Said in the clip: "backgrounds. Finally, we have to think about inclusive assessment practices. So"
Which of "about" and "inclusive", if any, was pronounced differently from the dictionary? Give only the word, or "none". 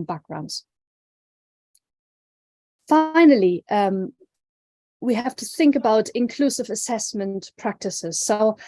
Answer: none